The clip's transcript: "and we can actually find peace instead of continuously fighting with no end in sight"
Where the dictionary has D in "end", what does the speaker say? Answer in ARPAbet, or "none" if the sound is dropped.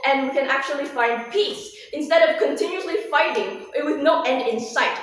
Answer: D